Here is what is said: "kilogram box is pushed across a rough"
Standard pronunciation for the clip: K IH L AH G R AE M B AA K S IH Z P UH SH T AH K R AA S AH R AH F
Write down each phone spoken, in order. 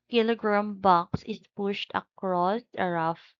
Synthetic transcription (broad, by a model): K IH L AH G R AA M B AA K S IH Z P UH SH T AH K R AA S AH R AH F